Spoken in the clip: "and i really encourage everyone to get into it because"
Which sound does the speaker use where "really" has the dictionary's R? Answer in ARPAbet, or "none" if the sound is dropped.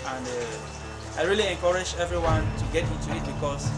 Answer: R